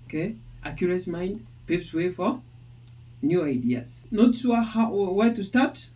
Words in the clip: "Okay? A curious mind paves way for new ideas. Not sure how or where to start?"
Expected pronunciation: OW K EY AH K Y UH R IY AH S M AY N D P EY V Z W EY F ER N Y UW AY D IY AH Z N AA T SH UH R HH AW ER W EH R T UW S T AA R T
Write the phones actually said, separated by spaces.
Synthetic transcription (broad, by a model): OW K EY AH K Y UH R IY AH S M AY N D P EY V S W EY F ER N Y UW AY D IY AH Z N AA T S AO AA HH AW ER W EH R T UW S T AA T